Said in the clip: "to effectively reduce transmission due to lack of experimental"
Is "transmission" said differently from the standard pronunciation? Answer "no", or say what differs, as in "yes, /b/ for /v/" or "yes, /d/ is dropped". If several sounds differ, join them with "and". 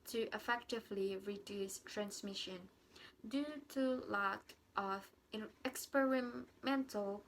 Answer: no